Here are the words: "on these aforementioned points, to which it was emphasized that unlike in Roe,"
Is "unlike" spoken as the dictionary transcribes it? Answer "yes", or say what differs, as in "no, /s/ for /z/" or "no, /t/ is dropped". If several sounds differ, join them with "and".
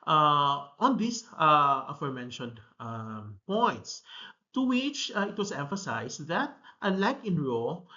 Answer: no, /n/ is dropped